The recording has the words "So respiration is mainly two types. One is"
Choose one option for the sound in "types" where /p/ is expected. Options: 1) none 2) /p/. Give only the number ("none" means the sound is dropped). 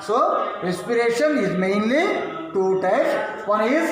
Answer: 1